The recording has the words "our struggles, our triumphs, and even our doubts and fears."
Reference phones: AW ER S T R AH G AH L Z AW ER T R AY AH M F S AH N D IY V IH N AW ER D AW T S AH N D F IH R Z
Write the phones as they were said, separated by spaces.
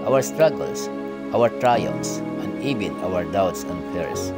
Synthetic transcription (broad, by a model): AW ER S T R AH G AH L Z AW ER T R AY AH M S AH N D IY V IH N AW ER D AW T S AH N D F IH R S